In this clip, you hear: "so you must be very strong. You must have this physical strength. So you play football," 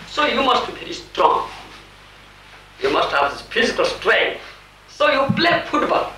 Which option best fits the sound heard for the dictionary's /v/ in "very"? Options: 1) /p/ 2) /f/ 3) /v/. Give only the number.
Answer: 1